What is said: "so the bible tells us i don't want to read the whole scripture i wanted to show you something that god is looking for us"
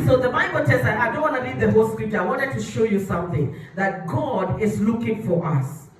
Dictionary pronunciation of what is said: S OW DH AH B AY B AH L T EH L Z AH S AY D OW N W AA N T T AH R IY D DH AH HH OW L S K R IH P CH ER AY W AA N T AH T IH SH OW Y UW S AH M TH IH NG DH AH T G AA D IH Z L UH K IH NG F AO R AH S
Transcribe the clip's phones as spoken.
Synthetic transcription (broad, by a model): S OW DH AH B AY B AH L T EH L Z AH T AY D OW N W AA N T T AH L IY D DH AH HH OW L S K R IH P CH ER AY W AA N T AH T IH SH OW Y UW S AH M TH IH NG DH AH T G AA D IH Z L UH K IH NG F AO R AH S